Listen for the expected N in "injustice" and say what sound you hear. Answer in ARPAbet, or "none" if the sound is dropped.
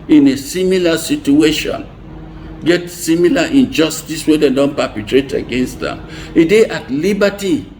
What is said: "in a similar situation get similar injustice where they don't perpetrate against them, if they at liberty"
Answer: N